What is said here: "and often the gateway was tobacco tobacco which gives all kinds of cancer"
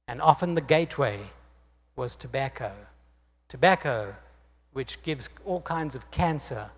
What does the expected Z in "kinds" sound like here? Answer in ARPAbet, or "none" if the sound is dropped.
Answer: Z